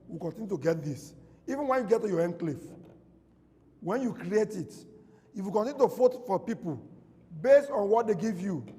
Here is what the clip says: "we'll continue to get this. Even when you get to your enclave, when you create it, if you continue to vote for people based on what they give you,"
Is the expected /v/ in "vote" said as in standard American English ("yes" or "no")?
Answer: no